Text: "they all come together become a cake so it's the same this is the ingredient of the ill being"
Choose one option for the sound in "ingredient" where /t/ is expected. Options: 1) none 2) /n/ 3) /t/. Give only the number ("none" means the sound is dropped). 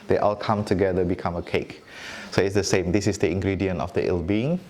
1